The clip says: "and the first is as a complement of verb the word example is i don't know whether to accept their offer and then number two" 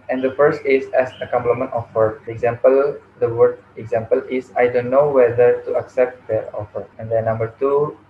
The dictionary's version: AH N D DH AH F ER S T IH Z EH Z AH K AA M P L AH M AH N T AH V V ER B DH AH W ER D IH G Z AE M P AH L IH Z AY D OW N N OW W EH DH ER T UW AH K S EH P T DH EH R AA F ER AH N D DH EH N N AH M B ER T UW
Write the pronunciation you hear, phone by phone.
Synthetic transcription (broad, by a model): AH N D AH F ER S T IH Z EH S AH K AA M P L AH M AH N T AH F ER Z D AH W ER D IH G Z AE M P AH L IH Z AY D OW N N OW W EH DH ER T UW AH K S EH P T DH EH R AA F ER AH N D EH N N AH M B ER T UW